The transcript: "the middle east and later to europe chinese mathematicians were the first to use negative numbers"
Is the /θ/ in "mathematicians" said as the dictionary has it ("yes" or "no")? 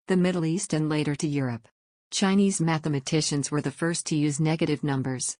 yes